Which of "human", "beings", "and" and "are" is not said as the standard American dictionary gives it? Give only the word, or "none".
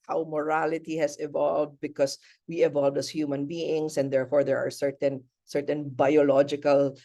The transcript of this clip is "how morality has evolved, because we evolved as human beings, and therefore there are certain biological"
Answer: beings